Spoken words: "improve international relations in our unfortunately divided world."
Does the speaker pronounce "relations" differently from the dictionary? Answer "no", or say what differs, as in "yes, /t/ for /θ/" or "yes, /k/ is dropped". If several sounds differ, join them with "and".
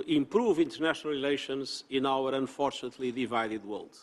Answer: no